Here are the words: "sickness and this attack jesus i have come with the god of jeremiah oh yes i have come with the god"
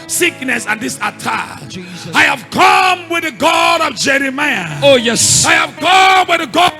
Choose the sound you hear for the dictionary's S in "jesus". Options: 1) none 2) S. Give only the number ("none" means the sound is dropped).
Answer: 1